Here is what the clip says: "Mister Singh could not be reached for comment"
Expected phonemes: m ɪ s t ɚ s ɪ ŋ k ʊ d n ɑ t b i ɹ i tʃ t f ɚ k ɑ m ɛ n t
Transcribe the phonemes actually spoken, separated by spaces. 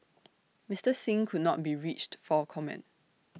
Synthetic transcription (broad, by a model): m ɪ s t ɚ s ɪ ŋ k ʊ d n ɑ t b i ɹ i tʃ t f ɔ k ɑ m ɛ n t